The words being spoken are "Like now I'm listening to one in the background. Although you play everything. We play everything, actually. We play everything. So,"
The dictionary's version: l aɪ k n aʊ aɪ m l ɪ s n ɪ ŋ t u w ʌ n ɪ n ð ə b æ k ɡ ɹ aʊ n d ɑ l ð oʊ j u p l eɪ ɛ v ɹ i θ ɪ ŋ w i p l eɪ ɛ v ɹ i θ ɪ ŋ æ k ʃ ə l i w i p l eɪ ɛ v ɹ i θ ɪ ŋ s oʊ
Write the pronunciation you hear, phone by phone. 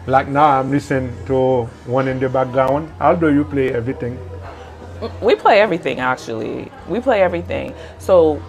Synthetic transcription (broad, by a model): l aɪ k n aʊ aɪ m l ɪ s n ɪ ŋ t u w ʌ n ɪ n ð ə b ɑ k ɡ aʊ n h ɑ l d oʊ j u p l eɪ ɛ v ɹ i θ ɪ ŋ w i p l eɪ ɛ v ɹ i θ ɪ ŋ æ k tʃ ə l i w i p l eɪ ɛ v ɹ i θ ɪ ŋ s oʊ